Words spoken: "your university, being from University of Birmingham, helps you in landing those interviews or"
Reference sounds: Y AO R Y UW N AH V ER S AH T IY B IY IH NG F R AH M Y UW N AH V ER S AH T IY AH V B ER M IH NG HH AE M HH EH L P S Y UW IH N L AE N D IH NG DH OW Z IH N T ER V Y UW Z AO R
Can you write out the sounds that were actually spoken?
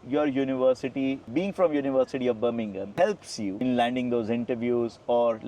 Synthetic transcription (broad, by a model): Y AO R Y UW N AH V ER S AH T IY B IY IH NG F R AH M Y UW N AH V ER S AH T IY AH V B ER M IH NG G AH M HH EH L P S Y UW IH N L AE N D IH NG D OW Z IH N T ER V Y UW Z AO R